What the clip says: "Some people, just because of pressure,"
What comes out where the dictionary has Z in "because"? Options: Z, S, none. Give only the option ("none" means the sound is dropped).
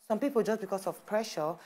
S